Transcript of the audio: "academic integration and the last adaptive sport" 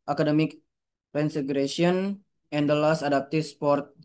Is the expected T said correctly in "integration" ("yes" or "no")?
no